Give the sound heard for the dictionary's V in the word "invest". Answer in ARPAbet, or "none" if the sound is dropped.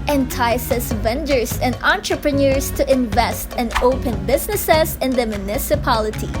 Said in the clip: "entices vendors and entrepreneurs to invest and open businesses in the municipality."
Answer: V